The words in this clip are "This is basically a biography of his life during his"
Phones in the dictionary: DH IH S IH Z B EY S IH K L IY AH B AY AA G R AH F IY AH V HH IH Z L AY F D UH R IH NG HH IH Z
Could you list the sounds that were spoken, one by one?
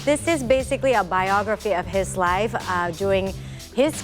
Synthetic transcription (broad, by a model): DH IH S IH Z B EY S IH K L IY AH B AY AA G R AH F IY AH V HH IH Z L AY F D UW IH NG HH IH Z